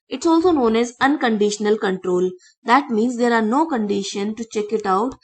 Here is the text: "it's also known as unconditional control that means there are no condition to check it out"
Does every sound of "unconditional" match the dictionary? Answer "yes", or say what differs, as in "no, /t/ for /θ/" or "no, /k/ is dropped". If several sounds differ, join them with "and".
yes